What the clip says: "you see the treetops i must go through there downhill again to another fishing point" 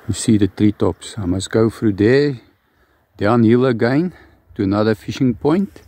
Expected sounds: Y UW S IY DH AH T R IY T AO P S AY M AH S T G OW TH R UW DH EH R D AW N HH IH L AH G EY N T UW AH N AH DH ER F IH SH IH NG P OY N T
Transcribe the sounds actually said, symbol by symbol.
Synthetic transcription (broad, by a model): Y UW S IY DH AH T R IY T AO P S AY M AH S G OW F R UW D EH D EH N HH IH L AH G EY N T UW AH N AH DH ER F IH SH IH NG P OY N T